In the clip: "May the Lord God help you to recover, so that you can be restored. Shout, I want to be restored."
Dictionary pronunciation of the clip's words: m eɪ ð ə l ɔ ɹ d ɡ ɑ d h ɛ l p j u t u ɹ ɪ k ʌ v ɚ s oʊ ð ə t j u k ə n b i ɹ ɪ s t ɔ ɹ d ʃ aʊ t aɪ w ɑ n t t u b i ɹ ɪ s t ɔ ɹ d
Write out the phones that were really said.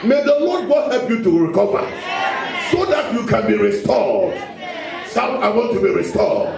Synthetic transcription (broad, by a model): m eɪ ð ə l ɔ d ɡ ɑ h ɛ l p j u t u ɹ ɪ k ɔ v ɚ s oʊ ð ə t j u k ə n b i ɹ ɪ s t ɔ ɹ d s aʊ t aɪ w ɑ n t t u b i ɹ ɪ s t ɔ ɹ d